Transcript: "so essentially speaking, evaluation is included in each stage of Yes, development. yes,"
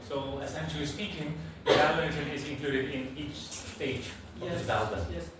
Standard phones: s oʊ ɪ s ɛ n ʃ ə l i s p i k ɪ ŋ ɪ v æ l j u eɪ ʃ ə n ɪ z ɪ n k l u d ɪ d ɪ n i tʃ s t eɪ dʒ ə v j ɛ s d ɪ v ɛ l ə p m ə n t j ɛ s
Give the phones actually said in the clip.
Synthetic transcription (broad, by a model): s oʊ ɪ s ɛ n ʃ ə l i s p i k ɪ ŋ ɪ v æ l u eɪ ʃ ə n ɪ z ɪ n k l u d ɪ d ɪ n i tʃ s t eɪ ə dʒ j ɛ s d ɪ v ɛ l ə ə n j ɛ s